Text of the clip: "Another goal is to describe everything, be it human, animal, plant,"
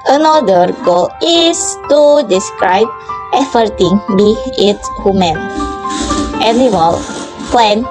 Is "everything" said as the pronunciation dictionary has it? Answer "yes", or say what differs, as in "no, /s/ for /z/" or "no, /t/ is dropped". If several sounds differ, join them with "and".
no, /f/ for /v/